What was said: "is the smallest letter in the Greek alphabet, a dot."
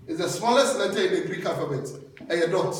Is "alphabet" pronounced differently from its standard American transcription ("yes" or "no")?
yes